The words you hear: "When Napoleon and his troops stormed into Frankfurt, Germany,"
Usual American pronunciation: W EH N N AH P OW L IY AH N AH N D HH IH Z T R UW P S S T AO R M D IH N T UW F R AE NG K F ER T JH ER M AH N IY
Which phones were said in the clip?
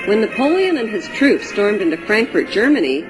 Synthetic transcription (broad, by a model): W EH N N AH P OW L IY AH N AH N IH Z T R UW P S S T AO R M D IH N T UW F R AE NG K F ER T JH ER M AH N IY